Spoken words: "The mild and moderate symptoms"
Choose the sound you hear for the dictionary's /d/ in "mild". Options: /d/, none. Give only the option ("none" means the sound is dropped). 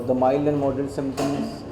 none